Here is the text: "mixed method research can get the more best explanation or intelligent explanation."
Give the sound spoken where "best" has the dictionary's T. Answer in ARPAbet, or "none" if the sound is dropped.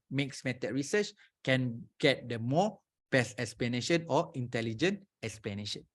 none